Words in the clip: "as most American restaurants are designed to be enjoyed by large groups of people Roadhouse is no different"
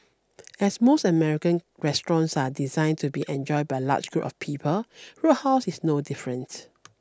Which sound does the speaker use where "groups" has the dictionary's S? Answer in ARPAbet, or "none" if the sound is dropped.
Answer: none